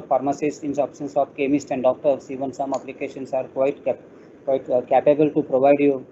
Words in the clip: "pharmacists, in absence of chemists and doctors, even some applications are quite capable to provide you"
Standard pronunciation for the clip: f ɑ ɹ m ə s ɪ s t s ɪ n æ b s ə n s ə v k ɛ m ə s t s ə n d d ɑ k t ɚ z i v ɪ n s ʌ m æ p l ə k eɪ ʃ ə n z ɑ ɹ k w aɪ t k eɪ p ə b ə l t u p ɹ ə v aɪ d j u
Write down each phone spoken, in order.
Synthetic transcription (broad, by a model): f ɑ ɹ m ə s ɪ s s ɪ n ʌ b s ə n s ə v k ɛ m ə s t ə n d d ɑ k t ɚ s i v ɪ n s ʌ m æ p l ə k eɪ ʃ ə n s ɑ ɹ k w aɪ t k eɪ p ə b ə l t u p ɹ ə v aɪ d j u